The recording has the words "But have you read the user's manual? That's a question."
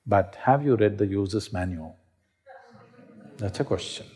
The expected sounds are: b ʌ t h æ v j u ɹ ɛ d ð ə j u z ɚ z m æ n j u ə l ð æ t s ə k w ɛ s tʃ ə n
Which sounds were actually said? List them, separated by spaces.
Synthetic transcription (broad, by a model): b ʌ t h æ v j u ɹ ɛ d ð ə j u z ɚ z m æ n j u ə l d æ t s ə k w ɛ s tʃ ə n